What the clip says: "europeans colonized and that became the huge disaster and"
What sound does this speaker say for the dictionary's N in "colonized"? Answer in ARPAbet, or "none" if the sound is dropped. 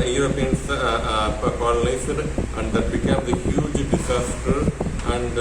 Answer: L